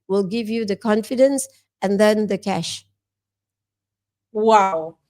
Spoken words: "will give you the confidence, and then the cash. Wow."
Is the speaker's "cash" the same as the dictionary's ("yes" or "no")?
yes